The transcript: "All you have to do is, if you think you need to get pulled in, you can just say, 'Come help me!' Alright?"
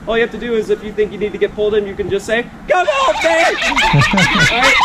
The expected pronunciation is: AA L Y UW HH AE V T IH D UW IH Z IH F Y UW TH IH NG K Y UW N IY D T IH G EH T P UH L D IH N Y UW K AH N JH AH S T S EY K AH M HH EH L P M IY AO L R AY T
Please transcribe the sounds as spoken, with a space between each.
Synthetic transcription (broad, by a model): AA L Y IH HH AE F T IH D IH IH Z IH F Y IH TH IH NG K Y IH N IY D T IH G EH T P UH L D IH N Y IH K AH N JH AH S T S EY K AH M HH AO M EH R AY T